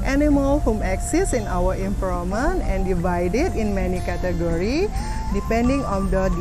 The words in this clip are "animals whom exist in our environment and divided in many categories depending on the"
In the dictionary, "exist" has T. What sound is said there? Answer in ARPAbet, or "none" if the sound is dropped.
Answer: none